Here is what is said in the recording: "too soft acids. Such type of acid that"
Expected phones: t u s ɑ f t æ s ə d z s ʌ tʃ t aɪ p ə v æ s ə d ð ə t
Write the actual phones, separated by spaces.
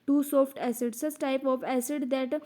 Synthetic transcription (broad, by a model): t u s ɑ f t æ s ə d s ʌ s t aɪ p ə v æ s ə d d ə t